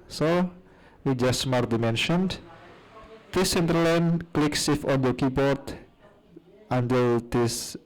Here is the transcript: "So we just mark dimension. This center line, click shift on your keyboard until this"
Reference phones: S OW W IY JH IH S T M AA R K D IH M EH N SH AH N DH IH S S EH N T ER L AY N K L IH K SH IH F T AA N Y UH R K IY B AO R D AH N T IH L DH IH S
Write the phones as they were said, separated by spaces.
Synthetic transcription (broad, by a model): S OW W IY JH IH S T M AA R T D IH M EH N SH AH N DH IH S S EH N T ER L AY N K L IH K S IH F AA N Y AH K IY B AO R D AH N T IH L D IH S